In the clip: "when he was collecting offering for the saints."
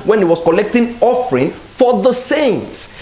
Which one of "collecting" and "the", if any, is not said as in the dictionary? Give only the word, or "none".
none